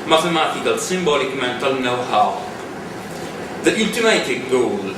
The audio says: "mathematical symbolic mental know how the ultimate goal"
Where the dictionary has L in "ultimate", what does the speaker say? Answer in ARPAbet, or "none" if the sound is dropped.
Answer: N